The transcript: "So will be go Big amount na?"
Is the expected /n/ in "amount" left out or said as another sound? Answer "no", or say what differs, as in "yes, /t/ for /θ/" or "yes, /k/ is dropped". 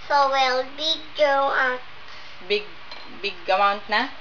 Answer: no